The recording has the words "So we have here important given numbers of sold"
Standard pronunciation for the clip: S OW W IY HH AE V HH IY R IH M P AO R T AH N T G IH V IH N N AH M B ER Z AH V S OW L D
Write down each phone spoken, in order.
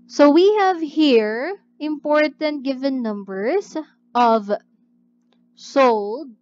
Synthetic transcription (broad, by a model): S OW W IY HH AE V HH IY R IH M P AO R T AH N T G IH V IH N N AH M B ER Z AH V S OW L D